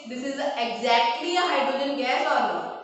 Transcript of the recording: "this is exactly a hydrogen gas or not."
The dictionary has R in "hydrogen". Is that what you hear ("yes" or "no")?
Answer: yes